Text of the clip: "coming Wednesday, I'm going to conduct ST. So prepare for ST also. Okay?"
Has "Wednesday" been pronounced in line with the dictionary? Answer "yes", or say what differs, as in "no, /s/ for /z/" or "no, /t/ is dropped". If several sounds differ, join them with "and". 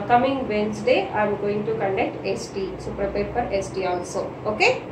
no, /s/ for /z/